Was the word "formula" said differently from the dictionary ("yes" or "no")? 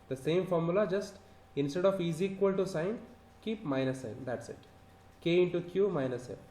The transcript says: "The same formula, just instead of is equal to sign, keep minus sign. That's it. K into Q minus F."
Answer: no